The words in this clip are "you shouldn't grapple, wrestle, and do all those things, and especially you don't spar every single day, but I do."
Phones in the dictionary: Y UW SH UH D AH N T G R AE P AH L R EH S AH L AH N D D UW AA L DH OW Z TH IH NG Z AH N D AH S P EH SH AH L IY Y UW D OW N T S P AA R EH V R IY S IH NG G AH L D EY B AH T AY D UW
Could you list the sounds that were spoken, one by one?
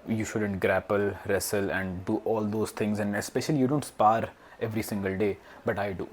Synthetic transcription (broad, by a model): Y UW SH UH D AH N T G R AE P AH L R EH S AH L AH N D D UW AA L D OW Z T IH NG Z AH N D AH S P EH SH AH L IY Y UW D OW N T S P AA R EH V R IY S IH NG G AH L D EY B AH T AY D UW